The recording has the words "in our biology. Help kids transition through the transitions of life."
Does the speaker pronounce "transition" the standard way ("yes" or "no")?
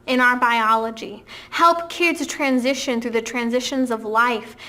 yes